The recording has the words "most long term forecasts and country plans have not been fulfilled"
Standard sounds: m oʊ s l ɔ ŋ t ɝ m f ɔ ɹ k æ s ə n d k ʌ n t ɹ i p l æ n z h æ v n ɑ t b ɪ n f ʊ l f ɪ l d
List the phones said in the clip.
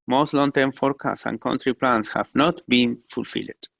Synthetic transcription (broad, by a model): m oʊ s l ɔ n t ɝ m f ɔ ɹ k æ s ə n k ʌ n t ɹ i p l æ n s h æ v n ɑ t b ɪ n f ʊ l f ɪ l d